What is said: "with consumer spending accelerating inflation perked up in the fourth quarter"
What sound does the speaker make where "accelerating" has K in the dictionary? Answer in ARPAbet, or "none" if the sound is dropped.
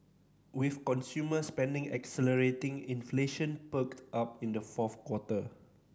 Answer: K